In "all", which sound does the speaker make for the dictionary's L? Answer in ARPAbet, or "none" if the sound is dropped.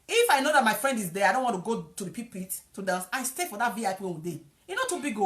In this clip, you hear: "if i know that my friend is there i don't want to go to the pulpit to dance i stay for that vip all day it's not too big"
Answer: W